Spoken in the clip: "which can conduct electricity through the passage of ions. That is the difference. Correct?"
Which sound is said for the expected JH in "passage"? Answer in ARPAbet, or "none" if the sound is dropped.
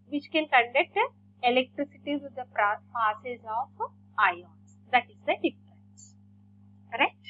Z